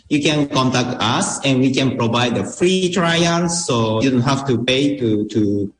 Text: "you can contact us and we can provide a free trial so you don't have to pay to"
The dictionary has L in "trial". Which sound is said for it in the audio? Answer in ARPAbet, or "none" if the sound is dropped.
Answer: N